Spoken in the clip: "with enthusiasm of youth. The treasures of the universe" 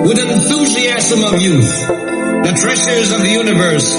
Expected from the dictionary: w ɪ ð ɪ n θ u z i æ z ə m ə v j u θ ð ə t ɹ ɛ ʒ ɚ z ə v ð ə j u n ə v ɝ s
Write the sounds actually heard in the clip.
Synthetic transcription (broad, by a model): w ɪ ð ɪ n θ u z i æ z ə m ə v j u θ ð ə t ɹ ɛ ʃ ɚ z ə v ð ə j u n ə v ɝ s